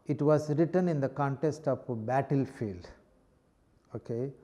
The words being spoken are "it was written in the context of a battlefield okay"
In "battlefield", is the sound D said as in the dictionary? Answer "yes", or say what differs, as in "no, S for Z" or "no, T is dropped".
yes